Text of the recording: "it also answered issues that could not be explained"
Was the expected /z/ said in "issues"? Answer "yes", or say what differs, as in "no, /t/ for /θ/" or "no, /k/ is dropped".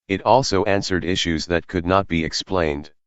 yes